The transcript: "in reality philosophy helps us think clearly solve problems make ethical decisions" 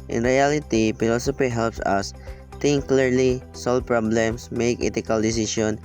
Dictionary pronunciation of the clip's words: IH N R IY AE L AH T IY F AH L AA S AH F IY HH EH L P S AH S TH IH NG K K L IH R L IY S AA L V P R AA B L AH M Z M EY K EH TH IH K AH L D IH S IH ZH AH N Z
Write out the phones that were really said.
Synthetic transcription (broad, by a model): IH N R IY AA L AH T IY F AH L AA S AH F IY HH EH L P S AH S T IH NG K K L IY R L IY S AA L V P R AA B L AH M S M EY K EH T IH K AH L D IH S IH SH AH N